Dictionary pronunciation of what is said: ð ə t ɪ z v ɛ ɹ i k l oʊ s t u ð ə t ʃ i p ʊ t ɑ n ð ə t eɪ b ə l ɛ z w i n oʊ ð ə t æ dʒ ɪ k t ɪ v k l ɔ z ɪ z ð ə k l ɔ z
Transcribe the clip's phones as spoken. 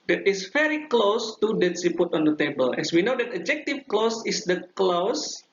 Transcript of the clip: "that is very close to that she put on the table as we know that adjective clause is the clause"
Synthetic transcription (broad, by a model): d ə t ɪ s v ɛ ɹ i k l oʊ s t u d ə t s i p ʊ t ɑ n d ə t eɪ b ə l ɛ s w i n oʊ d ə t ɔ dʒ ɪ k t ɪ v k l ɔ s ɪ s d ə k l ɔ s